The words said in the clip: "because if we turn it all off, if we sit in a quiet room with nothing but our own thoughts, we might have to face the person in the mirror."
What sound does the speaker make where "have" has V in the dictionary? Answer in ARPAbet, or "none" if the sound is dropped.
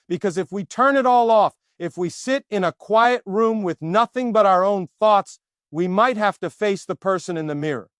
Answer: F